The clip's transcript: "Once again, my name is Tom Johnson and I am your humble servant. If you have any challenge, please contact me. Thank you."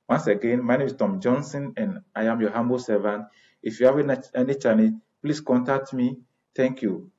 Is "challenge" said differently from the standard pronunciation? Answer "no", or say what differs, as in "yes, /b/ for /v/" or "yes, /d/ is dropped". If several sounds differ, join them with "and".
yes, /n/ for /l/